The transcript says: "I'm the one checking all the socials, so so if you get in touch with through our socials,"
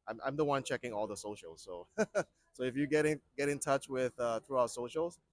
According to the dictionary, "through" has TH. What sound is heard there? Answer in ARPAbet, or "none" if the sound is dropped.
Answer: TH